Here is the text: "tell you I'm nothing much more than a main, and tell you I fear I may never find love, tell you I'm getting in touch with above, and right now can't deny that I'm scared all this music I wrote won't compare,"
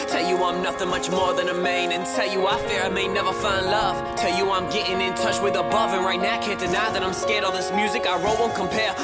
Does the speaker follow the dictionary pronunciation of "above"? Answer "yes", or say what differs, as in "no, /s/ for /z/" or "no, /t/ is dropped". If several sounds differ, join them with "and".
yes